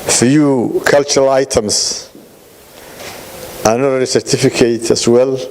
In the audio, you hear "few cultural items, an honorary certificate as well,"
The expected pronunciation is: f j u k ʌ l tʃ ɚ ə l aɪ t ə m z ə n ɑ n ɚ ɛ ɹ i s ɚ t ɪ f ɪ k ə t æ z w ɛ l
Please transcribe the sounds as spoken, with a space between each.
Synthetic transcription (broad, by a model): f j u k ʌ l tʃ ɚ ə l aɪ t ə m s ə n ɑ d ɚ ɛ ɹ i s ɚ t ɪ f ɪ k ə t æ s w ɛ l